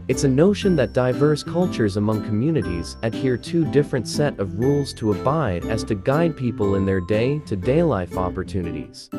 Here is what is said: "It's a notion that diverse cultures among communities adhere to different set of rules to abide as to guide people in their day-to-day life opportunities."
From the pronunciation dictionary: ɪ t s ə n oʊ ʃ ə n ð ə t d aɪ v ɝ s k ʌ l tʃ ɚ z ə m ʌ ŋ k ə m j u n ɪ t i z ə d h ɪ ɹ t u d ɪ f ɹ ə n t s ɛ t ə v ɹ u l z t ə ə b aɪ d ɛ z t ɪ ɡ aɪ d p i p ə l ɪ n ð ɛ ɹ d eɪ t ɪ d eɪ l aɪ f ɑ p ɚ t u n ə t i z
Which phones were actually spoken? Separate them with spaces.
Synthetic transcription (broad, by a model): ɪ t s ə n oʊ ʃ ə n ð ə t d aɪ v ɝ s k ʌ l tʃ ɚ z ə m ʌ ŋ k ə m j u n ɪ t i z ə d h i ɹ t u d ɪ f ɹ ə n t s ɛ t ə v ɹ u l z t ə ə b aɪ d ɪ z t ɪ ɡ aɪ d p i p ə l ɪ n ð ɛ ɹ d eɪ t ɪ d eɪ l aɪ f ɑ p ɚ t u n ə t i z